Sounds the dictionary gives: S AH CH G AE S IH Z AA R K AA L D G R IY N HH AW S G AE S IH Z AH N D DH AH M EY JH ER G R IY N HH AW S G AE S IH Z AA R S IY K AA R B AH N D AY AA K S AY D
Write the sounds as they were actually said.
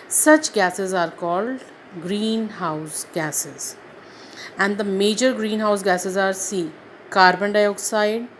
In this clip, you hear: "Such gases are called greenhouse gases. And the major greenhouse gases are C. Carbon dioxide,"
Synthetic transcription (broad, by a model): S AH CH G AE S IH Z AA R K AA L D G R IY N HH AW S G AE S IH Z AH N D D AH M EY JH ER G R IY N HH AW S G AE S IH Z AA R S IY K AA R B AH N D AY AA K S AY D